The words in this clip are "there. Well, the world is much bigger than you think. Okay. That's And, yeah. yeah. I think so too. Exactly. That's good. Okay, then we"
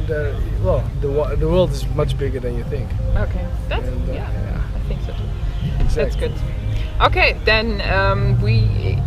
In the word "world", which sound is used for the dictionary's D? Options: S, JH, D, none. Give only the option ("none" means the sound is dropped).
D